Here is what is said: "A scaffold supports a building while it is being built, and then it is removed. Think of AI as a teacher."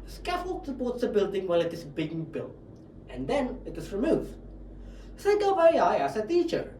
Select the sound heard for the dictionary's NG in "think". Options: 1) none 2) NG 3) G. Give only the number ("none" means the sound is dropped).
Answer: 1